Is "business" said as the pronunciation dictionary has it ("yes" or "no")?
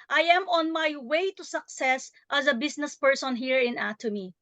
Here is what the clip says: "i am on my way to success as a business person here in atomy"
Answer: no